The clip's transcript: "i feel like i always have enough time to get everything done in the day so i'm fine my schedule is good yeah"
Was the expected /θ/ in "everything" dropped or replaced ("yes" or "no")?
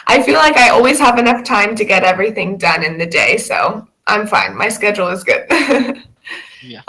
no